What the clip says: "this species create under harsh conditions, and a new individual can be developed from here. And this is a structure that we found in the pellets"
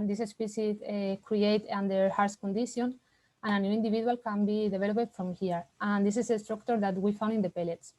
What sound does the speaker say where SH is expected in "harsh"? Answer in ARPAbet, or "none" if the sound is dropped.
S